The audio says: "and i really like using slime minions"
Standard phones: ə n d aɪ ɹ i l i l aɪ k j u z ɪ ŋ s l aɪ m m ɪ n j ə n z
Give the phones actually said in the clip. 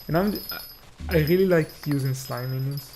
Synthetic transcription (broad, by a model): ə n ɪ aɪ ɹ i l i l aɪ k j u z ɪ ŋ s l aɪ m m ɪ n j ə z